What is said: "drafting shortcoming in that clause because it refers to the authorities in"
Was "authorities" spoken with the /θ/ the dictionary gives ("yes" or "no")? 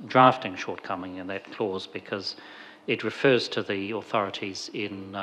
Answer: yes